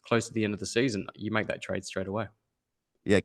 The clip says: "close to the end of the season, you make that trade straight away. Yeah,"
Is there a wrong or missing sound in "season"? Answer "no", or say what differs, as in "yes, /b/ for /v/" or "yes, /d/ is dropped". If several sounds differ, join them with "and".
no